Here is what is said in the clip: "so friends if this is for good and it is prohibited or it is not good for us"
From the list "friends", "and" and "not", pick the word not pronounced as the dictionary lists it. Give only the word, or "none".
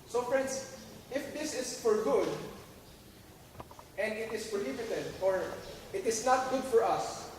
friends